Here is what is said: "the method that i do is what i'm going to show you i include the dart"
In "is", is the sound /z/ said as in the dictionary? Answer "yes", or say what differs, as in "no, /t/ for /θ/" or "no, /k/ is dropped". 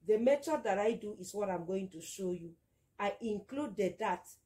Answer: no, /s/ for /z/